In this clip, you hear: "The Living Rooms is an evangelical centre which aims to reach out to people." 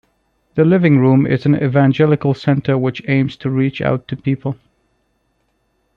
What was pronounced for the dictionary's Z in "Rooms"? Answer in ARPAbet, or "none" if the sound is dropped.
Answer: none